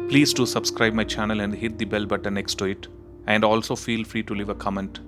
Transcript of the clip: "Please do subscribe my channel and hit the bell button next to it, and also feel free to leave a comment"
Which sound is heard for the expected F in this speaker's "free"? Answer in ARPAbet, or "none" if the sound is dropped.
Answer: F